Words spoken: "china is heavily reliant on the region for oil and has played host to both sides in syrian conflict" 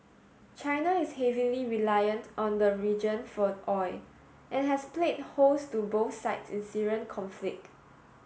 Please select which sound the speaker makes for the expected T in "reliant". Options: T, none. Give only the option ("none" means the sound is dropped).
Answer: T